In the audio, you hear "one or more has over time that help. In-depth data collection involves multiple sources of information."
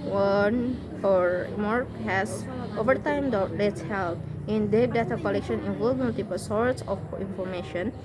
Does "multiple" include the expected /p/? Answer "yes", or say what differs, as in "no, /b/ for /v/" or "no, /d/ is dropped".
yes